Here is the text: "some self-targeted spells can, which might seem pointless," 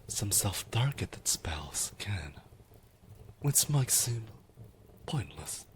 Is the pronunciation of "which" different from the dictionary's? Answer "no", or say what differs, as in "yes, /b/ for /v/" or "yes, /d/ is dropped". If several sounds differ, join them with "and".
yes, /s/ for /tʃ/